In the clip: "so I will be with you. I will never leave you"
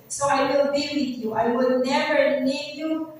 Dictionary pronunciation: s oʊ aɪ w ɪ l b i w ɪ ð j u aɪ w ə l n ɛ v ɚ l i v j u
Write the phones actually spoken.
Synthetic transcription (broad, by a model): s oʊ aɪ w ɪ l b i w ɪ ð j u aɪ w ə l n ɛ v ɚ n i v j u